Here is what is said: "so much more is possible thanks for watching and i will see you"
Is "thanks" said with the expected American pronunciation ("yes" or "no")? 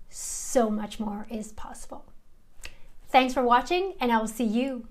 yes